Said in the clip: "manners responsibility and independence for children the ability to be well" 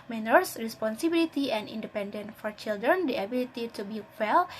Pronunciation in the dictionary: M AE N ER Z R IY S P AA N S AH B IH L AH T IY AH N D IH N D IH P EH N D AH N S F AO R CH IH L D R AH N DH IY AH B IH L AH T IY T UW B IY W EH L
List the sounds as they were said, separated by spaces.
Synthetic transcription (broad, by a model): M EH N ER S R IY S P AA N S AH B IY L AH T IY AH N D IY N D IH P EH N D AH N F AO R CH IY L D R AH N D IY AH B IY L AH T IY T UW B IY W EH L